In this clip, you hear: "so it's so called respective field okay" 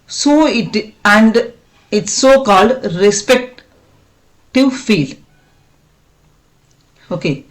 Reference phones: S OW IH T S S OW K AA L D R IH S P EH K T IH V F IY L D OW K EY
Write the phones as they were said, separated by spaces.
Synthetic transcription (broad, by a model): S OW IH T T S OW K AA L D R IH S P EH K T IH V F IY L OW K EY